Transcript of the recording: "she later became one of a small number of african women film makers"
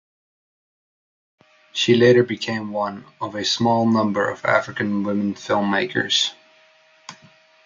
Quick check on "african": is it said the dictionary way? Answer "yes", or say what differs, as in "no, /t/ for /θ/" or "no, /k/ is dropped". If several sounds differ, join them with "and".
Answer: yes